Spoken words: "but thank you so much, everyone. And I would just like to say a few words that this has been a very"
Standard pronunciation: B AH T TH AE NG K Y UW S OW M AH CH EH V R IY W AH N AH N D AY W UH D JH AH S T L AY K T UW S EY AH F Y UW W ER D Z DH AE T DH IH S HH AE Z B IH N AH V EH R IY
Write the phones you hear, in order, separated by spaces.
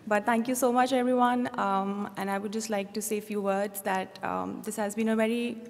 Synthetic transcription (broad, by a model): B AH T T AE NG K Y UW S OW M AH CH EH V R IY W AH N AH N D AY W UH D JH AH S T L AY K T UW S EY AH F Y UW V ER D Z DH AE T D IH S HH AE Z B IH N AH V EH R IY